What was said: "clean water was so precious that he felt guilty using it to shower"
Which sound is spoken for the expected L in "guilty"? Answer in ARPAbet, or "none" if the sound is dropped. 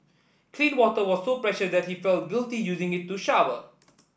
L